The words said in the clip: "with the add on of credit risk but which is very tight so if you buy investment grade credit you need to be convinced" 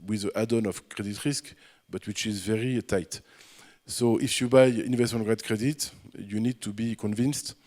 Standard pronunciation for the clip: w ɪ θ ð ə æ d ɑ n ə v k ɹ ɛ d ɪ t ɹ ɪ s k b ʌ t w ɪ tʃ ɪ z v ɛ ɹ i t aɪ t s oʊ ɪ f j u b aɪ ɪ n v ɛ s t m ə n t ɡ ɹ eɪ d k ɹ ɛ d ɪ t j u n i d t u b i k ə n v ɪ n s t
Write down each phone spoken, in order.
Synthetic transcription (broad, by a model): w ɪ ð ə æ d ɑ n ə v k ɹ ɛ d ɪ t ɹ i s k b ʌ t w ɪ tʃ ɪ z v ɛ ɹ i t aɪ t s oʊ ɪ f j u b aɪ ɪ n v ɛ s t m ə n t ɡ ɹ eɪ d k ɹ ɛ d ɪ t j u n i d t u b i k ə n v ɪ n s t